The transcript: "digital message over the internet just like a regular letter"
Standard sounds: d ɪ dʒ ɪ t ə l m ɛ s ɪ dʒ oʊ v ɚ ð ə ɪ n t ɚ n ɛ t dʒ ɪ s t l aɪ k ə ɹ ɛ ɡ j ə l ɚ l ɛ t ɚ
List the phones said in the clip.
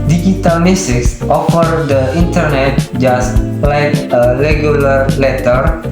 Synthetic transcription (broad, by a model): d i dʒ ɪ t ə l m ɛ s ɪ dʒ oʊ f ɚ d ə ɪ n t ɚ n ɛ t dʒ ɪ s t l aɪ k ə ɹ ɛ ɡ j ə l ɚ l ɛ t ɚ